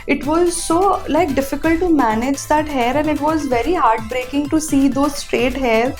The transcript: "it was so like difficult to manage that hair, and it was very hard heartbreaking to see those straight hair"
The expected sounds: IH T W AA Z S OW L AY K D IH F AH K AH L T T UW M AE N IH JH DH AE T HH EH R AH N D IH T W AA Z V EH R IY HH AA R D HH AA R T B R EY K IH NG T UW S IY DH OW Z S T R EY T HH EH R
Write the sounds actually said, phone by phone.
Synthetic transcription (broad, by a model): IH T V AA Z S OW L AY K D IH F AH K AH L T T UW M AE N IH JH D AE T HH EH R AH N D IH T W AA Z V EH R IY HH AA R D B R EY K IH NG T UW S IY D OW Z S T R EY T HH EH R